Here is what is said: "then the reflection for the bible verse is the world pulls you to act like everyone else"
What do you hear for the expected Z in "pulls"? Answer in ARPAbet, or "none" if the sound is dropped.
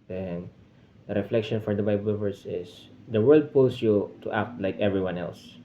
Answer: S